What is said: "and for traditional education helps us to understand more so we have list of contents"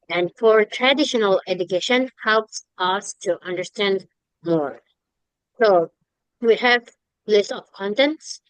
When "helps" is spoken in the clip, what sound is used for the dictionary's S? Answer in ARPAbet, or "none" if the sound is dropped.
S